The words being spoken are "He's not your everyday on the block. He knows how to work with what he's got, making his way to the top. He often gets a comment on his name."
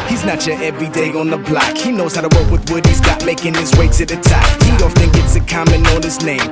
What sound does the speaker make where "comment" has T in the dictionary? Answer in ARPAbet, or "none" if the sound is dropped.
none